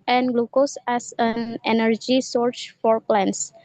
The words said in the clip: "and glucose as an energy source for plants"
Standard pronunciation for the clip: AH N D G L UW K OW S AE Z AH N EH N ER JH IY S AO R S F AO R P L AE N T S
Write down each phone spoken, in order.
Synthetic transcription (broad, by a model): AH N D G L UW K OW S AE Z AH N EH N ER JH IY S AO R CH F AO R P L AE N S